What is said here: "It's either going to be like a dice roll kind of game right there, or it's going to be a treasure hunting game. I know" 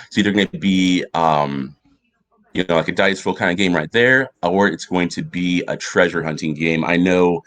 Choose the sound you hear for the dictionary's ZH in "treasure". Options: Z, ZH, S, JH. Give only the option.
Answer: ZH